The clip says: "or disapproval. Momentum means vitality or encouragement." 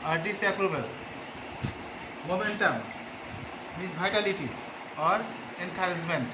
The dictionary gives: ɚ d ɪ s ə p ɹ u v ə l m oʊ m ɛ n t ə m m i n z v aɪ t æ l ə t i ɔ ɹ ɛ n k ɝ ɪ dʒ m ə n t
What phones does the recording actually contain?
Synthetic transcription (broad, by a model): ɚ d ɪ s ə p ɹ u b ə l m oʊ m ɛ n t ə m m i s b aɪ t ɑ l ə t i ɔ ɹ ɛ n k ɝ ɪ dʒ m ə n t